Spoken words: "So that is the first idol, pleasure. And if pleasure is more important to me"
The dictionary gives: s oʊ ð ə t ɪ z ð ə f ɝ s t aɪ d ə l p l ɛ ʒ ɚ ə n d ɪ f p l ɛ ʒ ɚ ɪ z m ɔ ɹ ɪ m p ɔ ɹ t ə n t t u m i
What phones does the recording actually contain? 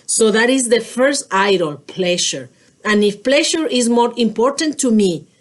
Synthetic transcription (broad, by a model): s oʊ ð ə t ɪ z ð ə f ɝ s t aɪ d ə l p l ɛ ʃ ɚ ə n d ɪ f p l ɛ ʃ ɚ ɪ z m ɔ ɹ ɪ m p ɔ ɹ t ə n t t u m i